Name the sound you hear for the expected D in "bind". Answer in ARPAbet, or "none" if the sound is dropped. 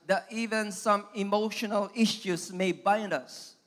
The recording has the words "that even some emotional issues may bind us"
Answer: D